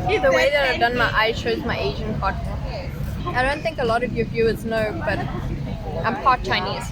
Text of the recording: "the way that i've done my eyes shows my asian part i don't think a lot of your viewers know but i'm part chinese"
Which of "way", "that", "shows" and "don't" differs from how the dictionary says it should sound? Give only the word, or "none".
none